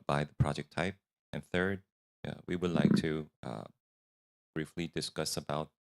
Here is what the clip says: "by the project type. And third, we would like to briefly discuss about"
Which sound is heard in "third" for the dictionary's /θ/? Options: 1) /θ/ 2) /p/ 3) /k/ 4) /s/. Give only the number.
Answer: 1